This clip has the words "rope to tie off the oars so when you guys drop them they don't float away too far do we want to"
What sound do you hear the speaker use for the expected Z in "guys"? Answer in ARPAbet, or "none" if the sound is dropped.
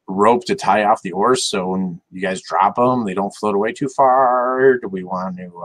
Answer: Z